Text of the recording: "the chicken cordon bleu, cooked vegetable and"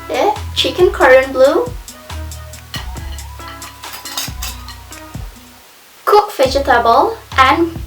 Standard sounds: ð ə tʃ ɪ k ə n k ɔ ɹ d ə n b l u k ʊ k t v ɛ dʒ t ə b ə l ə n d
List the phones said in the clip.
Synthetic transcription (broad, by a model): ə tʃ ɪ k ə n k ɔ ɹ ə n b l u k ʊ k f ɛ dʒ t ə b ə l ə n